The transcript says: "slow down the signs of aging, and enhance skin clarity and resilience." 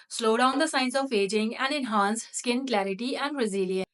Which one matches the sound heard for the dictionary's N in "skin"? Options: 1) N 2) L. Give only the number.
1